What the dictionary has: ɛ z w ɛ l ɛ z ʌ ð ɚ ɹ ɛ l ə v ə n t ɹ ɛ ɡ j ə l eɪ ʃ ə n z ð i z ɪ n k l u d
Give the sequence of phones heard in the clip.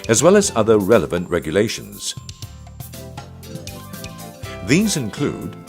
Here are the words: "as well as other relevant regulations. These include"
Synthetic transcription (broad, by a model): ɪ z w ɛ l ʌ z ʌ ð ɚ ɹ ɛ l ə v ə n t ɹ ɛ ɡ j ə l eɪ ʃ ə n z ð i z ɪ n k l u d